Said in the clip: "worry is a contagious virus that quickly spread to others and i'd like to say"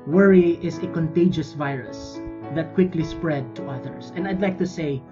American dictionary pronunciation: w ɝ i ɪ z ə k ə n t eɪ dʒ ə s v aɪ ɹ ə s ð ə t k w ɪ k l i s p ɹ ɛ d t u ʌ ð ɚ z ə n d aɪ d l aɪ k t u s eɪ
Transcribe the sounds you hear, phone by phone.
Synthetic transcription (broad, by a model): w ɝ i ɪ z ə k ə n t eɪ dʒ ə s v aɪ ɹ ə s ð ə t k w ɪ k l i s p ɹ ɛ d t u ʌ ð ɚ s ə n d aɪ d l aɪ k t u s eɪ